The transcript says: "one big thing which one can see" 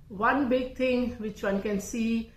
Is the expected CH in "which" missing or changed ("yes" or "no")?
no